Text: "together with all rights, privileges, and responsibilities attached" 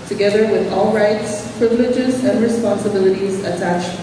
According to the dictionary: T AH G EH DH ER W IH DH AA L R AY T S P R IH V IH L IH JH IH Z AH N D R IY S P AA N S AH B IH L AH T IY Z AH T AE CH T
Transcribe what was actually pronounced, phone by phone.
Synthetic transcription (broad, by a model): T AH G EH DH ER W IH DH AA L R AY T S P R IH V IH L IH JH IH Z AH N D R IY S P AA N S AH B IH L AH T IY Z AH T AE CH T